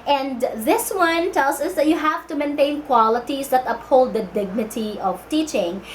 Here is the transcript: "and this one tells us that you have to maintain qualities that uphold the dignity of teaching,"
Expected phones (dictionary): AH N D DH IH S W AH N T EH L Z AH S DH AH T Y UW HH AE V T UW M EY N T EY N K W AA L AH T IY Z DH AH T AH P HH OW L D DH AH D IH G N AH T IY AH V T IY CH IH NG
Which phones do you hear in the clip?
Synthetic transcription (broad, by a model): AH N D DH IH S W AH N T EH L S AH S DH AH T Y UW HH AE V T UW M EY N T EY N K W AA L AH T IY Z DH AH T AH P HH OW L D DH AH D IH G N AH T IY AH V T IY CH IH NG